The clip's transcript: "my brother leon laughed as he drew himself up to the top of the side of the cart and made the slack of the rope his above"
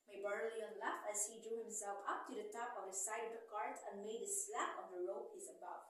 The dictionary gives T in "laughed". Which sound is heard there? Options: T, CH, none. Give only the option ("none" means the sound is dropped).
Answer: none